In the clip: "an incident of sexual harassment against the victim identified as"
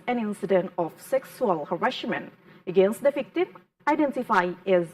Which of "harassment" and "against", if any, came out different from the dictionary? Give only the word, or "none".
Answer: harassment